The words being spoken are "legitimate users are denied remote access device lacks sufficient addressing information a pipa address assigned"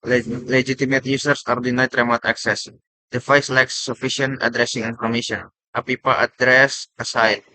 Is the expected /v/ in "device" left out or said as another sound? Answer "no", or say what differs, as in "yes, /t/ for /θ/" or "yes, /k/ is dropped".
yes, /f/ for /v/